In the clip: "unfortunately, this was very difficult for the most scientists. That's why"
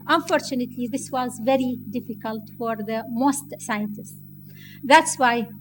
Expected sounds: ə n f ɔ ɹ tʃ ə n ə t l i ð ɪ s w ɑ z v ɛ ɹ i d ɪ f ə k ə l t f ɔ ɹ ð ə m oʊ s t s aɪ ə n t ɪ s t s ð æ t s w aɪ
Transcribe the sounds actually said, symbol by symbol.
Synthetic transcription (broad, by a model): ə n f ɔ ɹ tʃ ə n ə t l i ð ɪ s w ɑ z v ɛ ɹ i d ɪ f ə k ə l t f ɔ ɹ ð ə m oʊ s t s aɪ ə n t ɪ s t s ð æ t s w aɪ